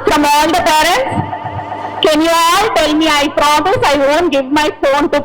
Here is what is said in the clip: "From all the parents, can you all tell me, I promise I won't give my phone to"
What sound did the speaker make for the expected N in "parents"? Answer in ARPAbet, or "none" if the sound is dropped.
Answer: N